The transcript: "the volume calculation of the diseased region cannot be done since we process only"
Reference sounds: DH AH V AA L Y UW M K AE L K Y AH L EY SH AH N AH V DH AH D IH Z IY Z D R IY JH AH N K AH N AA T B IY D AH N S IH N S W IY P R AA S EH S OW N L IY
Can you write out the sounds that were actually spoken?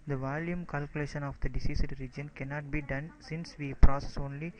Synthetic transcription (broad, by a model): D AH V AA L Y UW M K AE L K Y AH L EY SH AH N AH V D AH D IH S IY S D R IY JH AH N K AH N AA T B IY D AH N S IH N S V IY P R AA S EH S OW N L IY